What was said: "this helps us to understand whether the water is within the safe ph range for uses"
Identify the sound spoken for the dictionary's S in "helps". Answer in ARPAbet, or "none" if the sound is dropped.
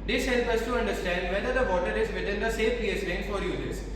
none